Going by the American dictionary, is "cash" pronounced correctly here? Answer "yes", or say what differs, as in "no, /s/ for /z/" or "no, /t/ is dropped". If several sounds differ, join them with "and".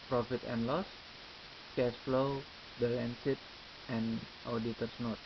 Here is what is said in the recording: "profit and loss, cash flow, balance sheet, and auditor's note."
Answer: no, /s/ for /ʃ/